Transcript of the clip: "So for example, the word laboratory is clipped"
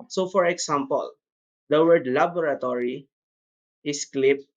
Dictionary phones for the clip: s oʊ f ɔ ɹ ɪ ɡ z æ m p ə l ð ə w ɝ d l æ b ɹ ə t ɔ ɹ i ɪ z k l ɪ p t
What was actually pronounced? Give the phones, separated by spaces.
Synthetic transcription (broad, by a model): s oʊ f ɔ ɹ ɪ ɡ s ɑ m p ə l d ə w ɝ d l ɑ b ɹ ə t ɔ ɹ i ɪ s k l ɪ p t